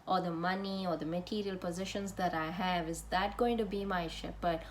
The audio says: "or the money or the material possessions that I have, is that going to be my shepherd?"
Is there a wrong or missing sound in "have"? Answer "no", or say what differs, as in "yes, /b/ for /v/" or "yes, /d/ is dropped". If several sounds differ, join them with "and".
no